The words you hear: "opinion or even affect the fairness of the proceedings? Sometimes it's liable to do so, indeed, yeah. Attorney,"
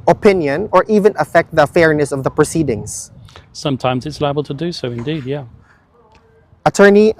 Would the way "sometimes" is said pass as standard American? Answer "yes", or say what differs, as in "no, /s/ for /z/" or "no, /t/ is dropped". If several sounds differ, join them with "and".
yes